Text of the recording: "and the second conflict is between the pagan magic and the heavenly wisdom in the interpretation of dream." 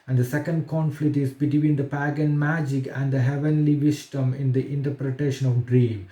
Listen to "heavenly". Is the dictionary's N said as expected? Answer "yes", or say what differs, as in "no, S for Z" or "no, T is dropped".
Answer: yes